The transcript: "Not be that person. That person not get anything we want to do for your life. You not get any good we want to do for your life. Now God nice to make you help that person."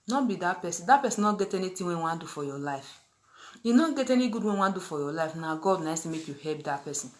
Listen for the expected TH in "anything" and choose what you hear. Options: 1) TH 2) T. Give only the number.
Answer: 2